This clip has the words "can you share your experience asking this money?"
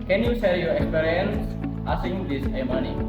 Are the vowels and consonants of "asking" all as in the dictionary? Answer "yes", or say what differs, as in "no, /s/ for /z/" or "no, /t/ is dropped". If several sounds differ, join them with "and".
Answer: no, /k/ is dropped